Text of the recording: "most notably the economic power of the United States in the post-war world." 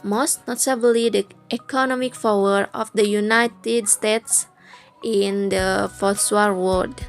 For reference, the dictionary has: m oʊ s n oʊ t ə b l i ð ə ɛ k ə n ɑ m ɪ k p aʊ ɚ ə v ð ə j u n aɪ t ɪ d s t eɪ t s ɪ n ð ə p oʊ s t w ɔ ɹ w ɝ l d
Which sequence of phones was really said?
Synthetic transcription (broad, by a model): m oʊ s n oʊ t ə b l i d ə ɛ k ə n ɑ m ɪ k f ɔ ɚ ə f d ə j u n aɪ t ɪ d s t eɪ t s ɪ n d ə f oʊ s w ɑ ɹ w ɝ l d